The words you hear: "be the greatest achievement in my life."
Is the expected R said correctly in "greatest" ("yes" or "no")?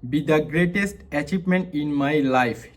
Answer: yes